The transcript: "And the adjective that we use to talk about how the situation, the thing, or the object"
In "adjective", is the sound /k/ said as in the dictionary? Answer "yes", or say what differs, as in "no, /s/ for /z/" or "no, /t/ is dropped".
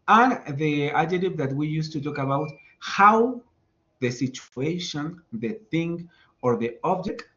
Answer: no, /k/ is dropped